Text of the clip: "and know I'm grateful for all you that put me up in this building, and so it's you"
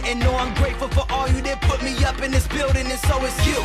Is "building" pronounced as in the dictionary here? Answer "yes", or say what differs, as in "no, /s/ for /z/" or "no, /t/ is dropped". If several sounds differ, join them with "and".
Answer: yes